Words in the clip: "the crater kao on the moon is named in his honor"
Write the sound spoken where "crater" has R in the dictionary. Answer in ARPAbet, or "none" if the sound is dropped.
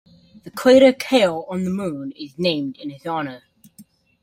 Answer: W